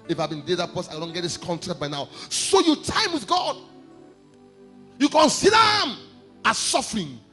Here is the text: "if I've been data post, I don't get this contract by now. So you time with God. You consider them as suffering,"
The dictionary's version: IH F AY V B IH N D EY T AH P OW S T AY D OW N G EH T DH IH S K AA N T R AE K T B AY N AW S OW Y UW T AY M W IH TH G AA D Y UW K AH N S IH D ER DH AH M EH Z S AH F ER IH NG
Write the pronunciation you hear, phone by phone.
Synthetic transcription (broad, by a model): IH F AY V B IH N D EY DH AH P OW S AY D OW N G EH T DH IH S K AA N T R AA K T B AY N AW S OW Y UW T AY M W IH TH G AA D Y UW K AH N S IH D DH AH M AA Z S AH F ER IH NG